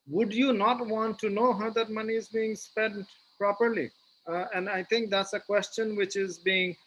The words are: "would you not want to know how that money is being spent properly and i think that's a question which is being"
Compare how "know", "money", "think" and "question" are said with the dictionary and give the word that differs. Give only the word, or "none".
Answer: think